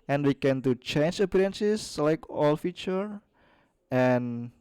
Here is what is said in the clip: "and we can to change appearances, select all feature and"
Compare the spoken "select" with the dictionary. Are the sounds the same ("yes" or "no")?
no